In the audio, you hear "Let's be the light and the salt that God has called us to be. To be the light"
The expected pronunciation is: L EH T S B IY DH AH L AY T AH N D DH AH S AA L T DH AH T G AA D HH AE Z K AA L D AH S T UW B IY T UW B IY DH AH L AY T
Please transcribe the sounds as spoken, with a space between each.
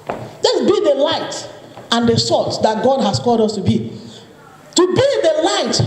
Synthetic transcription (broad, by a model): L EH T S B IY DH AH L AY T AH N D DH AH S AA T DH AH T G AA D HH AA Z K AA L D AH S T UW B IY T UW B IY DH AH L AY T